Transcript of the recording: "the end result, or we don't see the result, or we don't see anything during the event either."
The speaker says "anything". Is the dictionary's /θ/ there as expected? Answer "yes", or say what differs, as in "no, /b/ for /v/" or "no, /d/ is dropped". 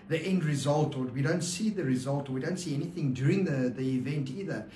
yes